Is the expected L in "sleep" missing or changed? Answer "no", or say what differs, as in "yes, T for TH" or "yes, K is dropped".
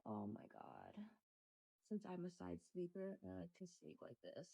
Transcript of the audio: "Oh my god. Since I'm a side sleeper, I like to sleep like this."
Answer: yes, L is dropped